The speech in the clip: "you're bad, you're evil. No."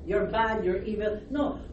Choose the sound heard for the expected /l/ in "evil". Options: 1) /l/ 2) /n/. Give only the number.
2